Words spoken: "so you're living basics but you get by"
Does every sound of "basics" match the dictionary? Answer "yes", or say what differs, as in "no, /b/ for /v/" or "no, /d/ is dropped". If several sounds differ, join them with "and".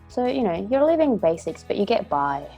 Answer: yes